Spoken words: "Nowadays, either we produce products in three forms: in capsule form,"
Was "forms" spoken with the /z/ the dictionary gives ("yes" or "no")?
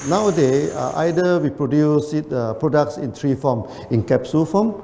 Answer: no